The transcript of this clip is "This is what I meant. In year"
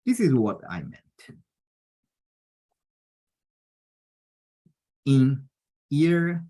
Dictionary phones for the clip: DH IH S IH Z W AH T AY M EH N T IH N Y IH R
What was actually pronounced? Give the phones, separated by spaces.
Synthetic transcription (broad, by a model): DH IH S IH Z W AH T AY M EH N T IH N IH R